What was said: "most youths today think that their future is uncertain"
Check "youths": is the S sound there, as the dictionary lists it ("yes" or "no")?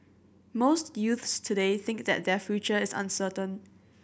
yes